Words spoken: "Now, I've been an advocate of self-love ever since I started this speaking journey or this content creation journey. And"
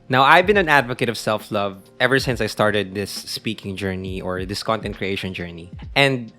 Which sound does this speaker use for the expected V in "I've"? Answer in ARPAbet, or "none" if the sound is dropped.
V